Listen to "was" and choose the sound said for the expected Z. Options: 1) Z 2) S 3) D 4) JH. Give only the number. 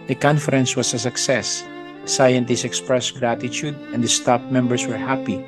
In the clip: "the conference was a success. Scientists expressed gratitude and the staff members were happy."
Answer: 2